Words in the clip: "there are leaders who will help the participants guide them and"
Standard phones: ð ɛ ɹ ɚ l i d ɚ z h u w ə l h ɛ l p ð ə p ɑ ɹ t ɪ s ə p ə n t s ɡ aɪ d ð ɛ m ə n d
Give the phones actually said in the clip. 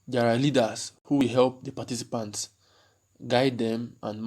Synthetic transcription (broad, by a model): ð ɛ ɹ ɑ l i d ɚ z h u w ə l h ɛ l p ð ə p ɑ t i s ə p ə n t s ɡ aɪ d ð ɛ m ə n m